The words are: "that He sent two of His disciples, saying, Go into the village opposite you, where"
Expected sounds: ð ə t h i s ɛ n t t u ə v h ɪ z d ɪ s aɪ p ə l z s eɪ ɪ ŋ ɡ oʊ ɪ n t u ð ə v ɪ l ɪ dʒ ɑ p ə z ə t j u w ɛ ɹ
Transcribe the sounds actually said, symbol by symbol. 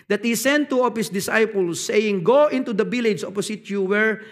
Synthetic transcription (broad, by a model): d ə t h i s ɛ n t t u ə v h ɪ s d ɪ s aɪ p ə l s eɪ ɪ ŋ ɡ oʊ ɪ n t u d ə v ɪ l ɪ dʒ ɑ p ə s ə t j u w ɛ ɹ